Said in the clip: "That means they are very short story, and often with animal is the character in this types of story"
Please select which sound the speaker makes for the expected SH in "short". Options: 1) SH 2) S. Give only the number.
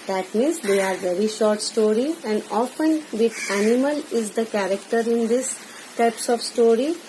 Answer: 1